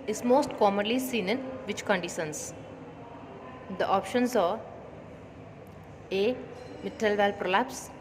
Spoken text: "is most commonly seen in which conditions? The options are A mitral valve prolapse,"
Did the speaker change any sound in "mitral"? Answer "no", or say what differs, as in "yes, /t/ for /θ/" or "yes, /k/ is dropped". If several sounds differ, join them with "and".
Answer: yes, /ɹ/ is dropped